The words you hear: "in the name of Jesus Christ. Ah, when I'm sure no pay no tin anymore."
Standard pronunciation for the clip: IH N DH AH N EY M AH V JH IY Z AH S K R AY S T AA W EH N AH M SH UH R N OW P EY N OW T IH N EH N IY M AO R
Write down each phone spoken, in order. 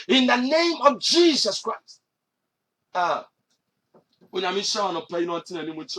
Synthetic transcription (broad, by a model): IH N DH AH N EY M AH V JH IY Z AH S K R AY S T AA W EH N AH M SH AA W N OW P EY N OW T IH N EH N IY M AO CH